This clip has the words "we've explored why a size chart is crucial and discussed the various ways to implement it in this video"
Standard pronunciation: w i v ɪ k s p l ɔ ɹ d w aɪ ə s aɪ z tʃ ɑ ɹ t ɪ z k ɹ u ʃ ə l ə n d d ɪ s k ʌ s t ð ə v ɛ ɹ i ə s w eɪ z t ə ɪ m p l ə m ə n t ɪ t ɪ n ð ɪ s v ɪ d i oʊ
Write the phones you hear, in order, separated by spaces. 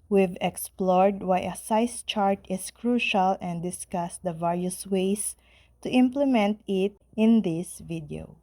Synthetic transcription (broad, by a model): w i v ɪ k s p l ɔ ɹ d w aɪ ə s aɪ s tʃ ɑ ɹ t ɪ s k ɹ u ʃ ə l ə n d d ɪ s k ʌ s t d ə v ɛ ɹ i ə s w eɪ s t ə ɪ m p l ə m ə n t ɪ t ɪ n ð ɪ s v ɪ d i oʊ